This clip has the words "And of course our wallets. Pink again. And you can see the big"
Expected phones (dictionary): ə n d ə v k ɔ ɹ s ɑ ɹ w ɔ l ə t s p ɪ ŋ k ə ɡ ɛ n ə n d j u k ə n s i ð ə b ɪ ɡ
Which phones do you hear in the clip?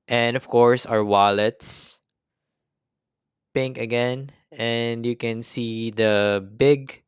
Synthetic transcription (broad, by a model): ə n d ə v k ɔ ɹ s ɑ ɹ w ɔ l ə t s p ɪ ŋ k ə ɡ ɛ n ə n d j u k ə n s i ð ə b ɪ ɡ